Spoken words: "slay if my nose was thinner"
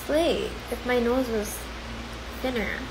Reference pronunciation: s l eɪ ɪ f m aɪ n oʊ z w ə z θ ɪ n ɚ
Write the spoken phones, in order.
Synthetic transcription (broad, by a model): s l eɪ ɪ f m aɪ n oʊ z w ə z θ ɪ n ɚ